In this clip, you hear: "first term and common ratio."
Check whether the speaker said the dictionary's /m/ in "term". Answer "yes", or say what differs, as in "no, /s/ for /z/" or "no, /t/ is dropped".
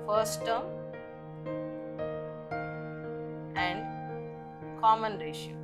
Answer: no, /m/ is dropped